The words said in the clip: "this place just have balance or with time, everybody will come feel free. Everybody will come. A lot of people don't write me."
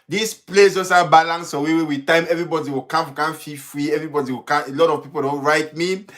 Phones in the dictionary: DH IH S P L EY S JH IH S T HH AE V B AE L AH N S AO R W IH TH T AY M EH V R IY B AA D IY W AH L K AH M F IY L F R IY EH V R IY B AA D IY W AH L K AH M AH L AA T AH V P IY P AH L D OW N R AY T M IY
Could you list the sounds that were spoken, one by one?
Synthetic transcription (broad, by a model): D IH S P L EY S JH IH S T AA B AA L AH N S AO W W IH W T AY M EH V R IY B AA D IY W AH W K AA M F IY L F R IY EH V R IY B AA D IY W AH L K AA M AH L AA T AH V P IY P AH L D OW N R AY T M IY